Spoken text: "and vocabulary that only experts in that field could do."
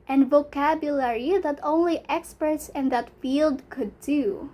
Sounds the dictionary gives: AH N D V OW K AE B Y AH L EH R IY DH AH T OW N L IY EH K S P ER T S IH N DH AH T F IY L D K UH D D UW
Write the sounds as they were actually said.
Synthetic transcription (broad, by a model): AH N V OW K AE B Y AH L EH R IY DH AH T OW N L IY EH K S P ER S IH N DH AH T F IY L D K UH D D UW